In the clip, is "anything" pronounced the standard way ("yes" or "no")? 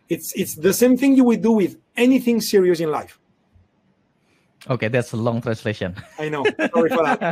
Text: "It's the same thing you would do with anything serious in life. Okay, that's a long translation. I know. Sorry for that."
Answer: yes